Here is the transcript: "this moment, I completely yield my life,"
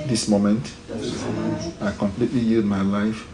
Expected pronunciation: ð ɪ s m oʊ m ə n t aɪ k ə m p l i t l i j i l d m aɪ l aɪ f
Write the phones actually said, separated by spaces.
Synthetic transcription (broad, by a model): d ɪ s m oʊ m ə n t aɪ k ə m p l i t l i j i d m aɪ l aɪ f